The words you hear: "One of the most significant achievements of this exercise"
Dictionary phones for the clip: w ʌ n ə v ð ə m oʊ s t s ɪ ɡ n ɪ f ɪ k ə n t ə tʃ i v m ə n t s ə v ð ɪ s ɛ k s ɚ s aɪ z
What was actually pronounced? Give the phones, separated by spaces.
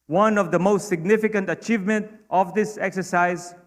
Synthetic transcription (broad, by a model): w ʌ n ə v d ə m oʊ s t s ɪ ɡ n ɪ f ɪ k ə n t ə tʃ i v m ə n t ə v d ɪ s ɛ k s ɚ s aɪ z